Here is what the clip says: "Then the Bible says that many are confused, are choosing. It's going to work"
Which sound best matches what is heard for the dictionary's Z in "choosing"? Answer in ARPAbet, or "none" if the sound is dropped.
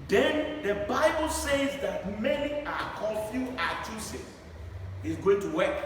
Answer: S